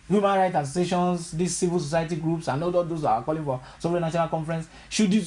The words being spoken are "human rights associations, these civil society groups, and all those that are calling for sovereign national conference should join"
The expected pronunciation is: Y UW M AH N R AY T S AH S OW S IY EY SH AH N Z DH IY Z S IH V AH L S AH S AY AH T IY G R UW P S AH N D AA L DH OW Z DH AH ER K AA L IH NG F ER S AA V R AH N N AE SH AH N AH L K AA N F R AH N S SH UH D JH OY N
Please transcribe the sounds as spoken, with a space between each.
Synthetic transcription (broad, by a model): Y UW M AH N R AY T AH S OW S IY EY SH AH N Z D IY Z S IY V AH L S AH S AY AH T IY G R UW P S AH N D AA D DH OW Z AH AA K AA L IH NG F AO S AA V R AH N N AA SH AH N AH L K AA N F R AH N S SH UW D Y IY